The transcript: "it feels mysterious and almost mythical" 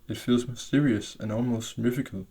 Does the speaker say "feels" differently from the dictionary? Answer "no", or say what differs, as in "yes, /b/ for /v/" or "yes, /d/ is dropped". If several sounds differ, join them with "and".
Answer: no